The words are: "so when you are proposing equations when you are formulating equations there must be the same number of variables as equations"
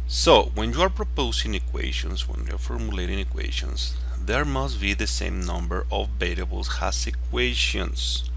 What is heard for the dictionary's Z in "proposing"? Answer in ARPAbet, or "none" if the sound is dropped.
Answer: S